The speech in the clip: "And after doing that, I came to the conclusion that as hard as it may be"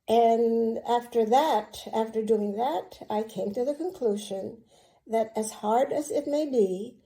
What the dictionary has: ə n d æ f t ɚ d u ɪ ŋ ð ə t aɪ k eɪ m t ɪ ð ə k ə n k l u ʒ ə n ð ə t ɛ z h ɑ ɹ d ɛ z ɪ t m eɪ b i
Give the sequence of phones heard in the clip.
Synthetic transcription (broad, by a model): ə n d æ f t ɚ d u ɪ ŋ ð ə t aɪ k eɪ m t ɪ ð ə k ə n k l u ʒ ə n ð ə t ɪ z h ɑ ɹ d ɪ z ɪ t m eɪ b i